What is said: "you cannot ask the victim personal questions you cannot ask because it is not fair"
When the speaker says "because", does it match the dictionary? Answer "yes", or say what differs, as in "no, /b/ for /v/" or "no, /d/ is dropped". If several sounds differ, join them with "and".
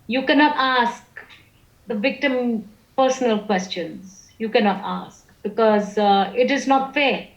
yes